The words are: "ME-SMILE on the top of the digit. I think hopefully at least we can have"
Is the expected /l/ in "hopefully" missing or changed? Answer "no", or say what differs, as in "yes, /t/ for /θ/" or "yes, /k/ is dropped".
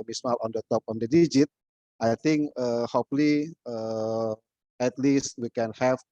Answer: yes, /l/ is dropped